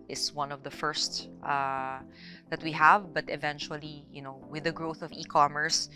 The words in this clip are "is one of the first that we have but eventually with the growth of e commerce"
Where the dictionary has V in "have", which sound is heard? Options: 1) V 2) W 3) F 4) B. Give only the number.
1